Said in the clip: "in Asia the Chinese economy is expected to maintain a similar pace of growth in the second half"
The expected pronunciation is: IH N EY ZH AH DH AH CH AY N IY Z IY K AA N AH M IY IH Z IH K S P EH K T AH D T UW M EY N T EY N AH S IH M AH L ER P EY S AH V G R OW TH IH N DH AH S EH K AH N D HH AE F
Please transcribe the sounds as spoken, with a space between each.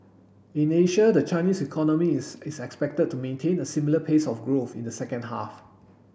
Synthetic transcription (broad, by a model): IH N EY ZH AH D AH CH AY N IY S IY K AA N AH M IY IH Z IH K S P EH K T AH D T UW M EY N T EY N AH S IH M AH L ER P EY S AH F G R OW TH IH N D AH S EH K AH N D HH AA F